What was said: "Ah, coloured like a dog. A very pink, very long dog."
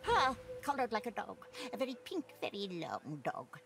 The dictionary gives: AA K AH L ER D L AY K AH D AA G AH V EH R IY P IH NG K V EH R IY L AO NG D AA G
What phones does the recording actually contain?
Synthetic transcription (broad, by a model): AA K AH L ER D L AY K AH D AA G AH V EH R IY P IH NG K V EH R IY L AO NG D AA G